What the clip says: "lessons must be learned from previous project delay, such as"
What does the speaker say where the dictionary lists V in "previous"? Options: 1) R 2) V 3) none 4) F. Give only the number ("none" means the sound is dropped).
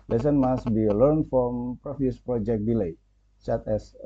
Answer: 4